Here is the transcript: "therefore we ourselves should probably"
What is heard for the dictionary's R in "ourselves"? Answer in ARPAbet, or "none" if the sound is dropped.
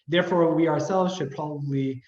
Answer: R